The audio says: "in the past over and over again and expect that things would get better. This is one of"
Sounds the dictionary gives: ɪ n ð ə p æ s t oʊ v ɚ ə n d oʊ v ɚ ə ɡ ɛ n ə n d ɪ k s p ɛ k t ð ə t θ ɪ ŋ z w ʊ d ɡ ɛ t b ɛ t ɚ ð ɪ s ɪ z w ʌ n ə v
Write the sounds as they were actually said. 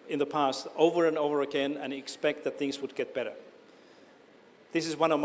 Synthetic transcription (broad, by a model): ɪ n ð ə p æ s t oʊ v ɚ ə n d oʊ v ɚ ə ɡ ɛ n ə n ɪ k s p ɛ k t ð ə t θ ɪ ŋ z w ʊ d ɡ ɛ t b ɛ t ɚ ð ɪ s ɪ z w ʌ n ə v